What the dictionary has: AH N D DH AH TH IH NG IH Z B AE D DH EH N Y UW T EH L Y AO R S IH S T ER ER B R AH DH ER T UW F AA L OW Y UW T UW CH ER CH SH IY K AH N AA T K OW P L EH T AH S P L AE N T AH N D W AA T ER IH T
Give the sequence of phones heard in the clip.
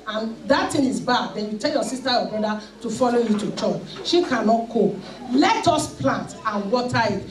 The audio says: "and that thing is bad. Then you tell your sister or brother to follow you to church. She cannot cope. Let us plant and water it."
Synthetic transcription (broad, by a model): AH N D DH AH T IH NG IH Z B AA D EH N Y UW T EH L Y AO S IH S T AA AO B R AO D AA T UW F AA L OW Y UW T UW CH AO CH SH IY K AH N AA T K OW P L EH T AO S P L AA N T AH N W AA T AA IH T